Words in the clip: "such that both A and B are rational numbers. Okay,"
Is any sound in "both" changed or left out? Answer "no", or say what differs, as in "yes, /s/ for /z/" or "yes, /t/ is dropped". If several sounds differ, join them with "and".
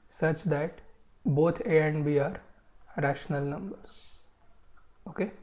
yes, /t/ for /θ/